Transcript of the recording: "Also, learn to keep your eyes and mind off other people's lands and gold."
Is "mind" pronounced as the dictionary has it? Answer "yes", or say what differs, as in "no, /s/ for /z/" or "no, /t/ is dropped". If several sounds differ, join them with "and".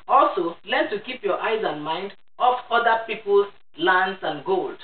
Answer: yes